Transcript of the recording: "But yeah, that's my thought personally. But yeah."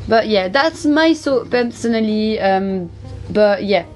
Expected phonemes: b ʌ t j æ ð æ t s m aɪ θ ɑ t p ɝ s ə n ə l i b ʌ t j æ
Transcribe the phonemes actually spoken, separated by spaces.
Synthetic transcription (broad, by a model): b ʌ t j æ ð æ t s m aɪ s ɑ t p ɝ s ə n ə l i b ʌ t j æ